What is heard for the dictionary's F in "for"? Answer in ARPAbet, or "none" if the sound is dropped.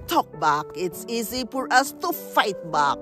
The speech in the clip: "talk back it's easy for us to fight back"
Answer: P